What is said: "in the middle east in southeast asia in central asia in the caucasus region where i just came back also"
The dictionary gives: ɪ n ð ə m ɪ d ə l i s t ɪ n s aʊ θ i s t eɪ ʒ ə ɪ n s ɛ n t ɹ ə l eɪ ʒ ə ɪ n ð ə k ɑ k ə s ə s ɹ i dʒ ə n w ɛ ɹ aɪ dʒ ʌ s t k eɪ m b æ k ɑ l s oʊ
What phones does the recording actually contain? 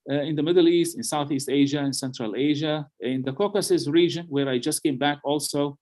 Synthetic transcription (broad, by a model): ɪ n ð ə m ɪ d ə l i s t ɪ n s aʊ θ i s t eɪ ʒ ə ɪ n s ɛ n t ɹ ə l eɪ ʒ ə ɪ n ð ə k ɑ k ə s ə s ɹ i dʒ ə n w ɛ ɹ aɪ dʒ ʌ s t k eɪ m b æ k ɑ l s oʊ